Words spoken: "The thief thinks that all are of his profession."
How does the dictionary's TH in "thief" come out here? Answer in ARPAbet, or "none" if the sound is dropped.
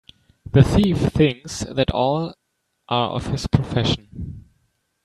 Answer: TH